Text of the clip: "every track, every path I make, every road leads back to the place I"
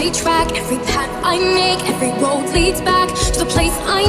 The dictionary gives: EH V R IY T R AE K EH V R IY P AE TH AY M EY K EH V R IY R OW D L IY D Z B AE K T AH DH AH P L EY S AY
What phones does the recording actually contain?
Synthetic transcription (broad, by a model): IY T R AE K EH V R IY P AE T AY M EY K EH V R IY W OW D L IY D Z B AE K T AH DH AH P L EY S AY